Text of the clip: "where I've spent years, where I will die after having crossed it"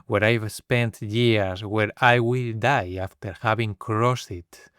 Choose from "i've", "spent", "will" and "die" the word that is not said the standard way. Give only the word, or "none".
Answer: none